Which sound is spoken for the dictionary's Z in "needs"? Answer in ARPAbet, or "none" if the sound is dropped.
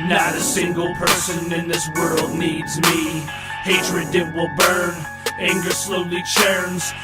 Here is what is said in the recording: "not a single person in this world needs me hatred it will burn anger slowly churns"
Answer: Z